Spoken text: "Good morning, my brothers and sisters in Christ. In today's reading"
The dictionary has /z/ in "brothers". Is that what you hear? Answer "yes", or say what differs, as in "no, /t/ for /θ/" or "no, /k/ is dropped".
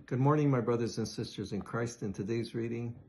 yes